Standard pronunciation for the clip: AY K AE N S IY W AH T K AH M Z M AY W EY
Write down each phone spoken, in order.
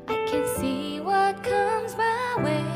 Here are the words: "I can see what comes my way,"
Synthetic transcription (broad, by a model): AY K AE N S IY W AH T K AH M Z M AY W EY